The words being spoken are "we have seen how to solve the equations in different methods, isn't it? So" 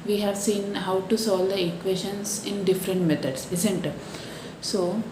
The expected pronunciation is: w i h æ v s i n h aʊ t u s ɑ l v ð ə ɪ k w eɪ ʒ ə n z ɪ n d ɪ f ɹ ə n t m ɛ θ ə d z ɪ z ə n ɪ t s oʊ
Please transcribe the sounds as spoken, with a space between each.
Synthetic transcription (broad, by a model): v i h æ v s i n h aʊ t u s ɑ l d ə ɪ k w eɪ ʃ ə n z ɪ n d ɪ f ɹ ə n t m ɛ t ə d s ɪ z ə n t s oʊ